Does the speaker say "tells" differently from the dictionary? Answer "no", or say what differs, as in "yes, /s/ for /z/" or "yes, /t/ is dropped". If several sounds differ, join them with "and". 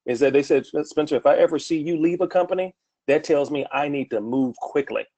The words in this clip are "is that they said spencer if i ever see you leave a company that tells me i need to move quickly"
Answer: no